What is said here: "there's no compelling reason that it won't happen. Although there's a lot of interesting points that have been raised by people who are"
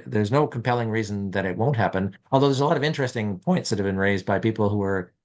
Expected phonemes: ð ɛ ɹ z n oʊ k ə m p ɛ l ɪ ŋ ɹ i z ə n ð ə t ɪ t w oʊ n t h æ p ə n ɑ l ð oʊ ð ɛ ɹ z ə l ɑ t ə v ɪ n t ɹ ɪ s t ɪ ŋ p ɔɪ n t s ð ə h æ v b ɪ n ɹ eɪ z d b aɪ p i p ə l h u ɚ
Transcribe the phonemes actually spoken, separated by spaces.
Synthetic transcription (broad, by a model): ð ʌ ɹ z n oʊ k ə m p ɛ l ɪ ŋ ɹ i z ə n ð ə t ɪ t w oʊ n t h æ p ə n ɑ l ð oʊ ð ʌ ɹ z ə l ɑ t ə v ɪ n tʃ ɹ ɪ s t ɪ ŋ p ɔɪ n t s ð ə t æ v b ɪ n ɹ eɪ z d b aɪ p i p l h u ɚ